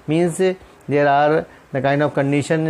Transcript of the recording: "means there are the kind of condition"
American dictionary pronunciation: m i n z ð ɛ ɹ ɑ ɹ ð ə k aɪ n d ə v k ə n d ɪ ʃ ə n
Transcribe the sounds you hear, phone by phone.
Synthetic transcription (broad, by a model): m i n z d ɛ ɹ ɑ ɹ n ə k aɪ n ə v k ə n d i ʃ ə n